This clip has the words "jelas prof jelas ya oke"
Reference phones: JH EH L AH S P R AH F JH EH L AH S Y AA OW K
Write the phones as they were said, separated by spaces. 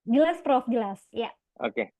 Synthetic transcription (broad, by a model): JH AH L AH S P R AH F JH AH L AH S Y AA OW K